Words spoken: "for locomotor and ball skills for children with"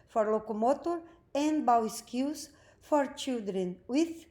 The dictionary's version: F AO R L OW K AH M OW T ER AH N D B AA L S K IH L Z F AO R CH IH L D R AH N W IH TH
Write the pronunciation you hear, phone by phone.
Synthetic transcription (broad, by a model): F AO R L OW K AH M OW T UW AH N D B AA W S K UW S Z F AO R CH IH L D R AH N W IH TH